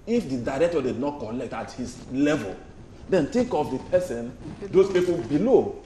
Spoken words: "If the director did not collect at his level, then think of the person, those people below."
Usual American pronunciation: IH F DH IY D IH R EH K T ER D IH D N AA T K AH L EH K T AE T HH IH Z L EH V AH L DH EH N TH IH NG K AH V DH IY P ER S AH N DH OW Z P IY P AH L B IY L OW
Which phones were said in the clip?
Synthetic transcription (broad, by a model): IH F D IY D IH R EH K T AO D IH D N AA T K AH L EH K T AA T HH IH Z L EH V AH L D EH N T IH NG K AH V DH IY P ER S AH N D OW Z P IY P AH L B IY L OW